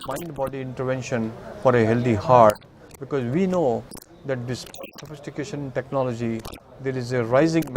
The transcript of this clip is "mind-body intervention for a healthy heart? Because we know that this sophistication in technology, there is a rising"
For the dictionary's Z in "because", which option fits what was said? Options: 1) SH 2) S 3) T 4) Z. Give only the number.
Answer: 4